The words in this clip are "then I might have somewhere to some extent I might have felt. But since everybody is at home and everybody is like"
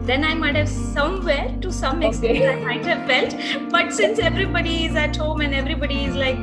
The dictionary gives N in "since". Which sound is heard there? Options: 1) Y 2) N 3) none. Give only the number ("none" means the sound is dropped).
2